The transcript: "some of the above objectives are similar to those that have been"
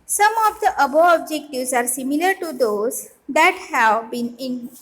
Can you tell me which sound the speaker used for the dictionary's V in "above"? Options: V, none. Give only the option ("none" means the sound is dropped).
none